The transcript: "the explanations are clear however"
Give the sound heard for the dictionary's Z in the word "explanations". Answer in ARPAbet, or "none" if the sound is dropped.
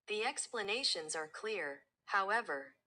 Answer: Z